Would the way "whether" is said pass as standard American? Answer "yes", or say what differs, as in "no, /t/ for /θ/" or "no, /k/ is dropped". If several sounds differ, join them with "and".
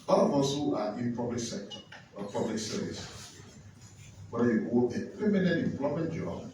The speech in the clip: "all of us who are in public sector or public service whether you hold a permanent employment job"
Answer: no, /ð/ is dropped